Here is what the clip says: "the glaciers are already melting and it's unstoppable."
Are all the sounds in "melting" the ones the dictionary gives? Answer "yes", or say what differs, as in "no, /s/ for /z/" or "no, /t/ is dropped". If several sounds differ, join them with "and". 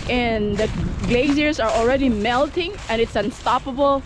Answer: yes